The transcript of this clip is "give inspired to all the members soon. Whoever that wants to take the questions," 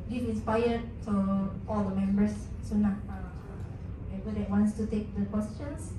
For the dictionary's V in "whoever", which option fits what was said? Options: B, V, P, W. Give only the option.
B